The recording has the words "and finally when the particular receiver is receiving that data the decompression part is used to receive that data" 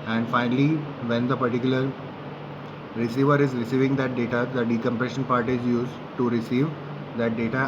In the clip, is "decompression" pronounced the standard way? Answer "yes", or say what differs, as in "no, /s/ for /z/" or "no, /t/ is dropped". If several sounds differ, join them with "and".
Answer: yes